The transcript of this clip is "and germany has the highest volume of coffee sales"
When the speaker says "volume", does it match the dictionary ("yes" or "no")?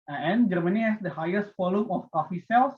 no